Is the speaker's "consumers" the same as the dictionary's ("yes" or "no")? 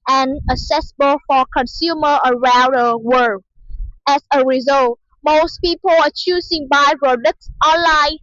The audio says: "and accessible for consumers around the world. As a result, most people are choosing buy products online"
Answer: no